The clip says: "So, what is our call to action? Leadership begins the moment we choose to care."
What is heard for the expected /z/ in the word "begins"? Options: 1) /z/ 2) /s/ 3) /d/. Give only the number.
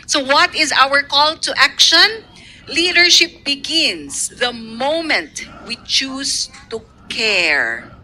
2